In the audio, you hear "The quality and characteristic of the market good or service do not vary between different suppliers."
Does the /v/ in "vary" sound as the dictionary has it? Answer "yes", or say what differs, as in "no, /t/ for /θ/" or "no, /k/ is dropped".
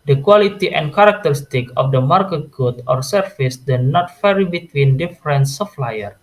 no, /f/ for /v/